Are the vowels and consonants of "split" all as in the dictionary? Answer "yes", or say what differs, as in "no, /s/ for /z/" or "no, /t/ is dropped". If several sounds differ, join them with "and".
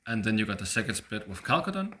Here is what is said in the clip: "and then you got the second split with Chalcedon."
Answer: no, /l/ is dropped